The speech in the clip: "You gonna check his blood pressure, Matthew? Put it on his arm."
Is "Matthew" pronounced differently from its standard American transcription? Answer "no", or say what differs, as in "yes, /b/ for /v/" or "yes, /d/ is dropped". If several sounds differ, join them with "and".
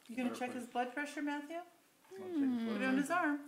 no